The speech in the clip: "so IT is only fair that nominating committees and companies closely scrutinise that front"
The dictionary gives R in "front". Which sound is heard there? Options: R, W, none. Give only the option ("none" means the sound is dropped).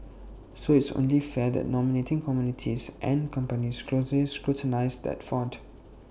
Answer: none